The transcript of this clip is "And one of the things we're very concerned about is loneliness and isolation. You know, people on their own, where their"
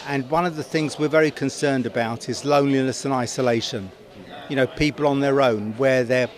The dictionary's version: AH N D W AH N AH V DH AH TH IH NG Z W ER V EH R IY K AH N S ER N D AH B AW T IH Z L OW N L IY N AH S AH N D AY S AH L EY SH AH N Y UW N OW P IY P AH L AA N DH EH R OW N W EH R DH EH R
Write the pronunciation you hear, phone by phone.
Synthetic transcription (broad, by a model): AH N W AH N AH V DH AH TH IH NG Z W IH V EH R IY K AH N S ER N D AH B AW T IH Z L OW N L IY N AH S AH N AY S AH L EY SH AH N Y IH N OW P IY P AH L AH N DH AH R OW N W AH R DH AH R